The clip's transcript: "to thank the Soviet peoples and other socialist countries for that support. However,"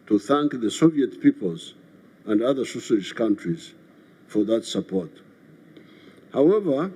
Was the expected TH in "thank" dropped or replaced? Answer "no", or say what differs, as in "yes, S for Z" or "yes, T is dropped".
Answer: no